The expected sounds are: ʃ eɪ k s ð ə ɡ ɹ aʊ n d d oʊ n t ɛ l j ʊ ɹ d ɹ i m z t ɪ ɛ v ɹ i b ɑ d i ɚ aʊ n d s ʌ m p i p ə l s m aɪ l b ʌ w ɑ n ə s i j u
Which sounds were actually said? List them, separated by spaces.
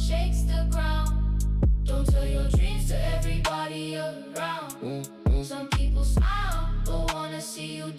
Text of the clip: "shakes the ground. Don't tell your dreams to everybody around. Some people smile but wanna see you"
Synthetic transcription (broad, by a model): ʃ eɪ k s ð ə ɡ ɹ aʊ n d d oʊ n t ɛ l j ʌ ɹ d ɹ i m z t ɪ ɛ v ɹ i b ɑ d i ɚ aʊ n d s ʌ m p i p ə l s aɪ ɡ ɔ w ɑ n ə s i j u